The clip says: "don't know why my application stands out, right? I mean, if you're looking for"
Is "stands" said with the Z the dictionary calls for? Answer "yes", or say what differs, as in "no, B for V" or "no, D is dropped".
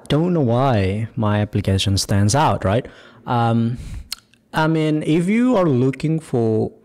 yes